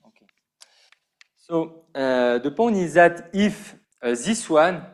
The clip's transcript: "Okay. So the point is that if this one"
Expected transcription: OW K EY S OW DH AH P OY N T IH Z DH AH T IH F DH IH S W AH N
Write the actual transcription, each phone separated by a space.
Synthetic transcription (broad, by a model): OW K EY S OW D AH P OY N IH Z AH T IH F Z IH S W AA N